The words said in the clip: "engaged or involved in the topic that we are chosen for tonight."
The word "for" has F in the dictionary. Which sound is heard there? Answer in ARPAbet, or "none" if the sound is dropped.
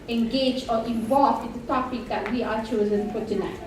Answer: P